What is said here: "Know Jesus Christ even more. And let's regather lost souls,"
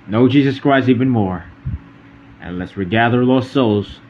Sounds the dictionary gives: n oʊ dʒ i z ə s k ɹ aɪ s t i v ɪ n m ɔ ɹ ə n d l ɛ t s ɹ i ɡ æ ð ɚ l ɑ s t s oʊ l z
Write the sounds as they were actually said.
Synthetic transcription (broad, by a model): n oʊ dʒ i z ə s k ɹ aɪ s i v ɪ n m ɔ ɹ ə n l ɛ t s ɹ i ɡ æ ð ɚ l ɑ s s oʊ l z